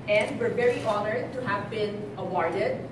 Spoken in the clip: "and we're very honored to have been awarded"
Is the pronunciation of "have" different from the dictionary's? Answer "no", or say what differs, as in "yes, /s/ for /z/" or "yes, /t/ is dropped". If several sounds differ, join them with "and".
no